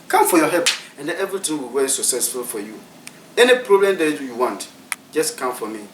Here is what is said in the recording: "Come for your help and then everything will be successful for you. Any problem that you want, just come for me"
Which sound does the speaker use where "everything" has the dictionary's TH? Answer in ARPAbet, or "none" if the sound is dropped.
T